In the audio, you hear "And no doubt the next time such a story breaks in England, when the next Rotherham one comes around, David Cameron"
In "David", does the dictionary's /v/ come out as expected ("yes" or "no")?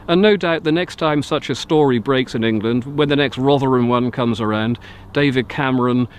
yes